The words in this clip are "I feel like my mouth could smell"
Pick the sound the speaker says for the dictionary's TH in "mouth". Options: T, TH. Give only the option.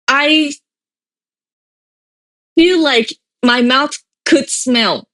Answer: TH